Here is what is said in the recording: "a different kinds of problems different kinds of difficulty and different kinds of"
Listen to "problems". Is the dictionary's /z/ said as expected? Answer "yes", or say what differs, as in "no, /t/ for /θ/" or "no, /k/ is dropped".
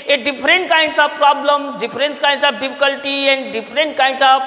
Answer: no, /z/ is dropped